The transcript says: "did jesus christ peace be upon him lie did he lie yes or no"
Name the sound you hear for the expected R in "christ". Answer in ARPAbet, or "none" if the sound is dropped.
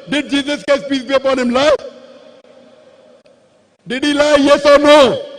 none